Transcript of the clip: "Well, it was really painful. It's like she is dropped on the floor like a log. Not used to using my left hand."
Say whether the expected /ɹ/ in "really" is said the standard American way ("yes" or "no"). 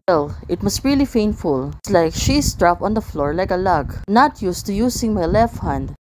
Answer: yes